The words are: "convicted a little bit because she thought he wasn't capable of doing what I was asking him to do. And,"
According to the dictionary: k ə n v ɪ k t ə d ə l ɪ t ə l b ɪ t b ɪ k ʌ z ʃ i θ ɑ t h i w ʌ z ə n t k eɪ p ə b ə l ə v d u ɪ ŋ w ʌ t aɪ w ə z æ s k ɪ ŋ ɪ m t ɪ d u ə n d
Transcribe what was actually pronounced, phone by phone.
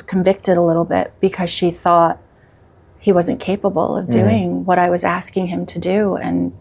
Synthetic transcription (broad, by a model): k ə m v ɪ k t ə d ə l ɪ t l b ɪ t b ɪ k ʌ z ʃ i θ ɑ t h i w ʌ z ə n k eɪ p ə b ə l ə v d u ɪ ŋ w ʌ t aɪ w ə z æ s k ɪ ŋ ɪ m t ɪ d u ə n